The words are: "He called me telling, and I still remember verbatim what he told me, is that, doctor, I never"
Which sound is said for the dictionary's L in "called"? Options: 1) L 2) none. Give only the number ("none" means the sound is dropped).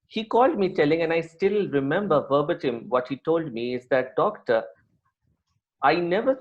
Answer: 1